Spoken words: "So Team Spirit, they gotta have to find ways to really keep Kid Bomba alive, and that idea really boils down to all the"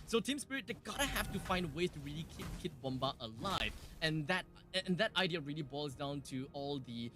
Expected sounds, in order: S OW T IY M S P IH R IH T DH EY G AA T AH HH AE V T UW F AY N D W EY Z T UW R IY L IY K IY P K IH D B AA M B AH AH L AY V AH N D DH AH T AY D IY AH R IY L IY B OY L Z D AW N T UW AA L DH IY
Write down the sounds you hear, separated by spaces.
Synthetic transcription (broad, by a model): S OW T IY M S P IH R IH T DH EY G AA T AH HH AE F T UW F AY N D W EY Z T UW R IY L IY K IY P K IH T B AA M B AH AH L AY V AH N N DH AH T AY D IY AH R IY L IY B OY L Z D AW N T UW AA L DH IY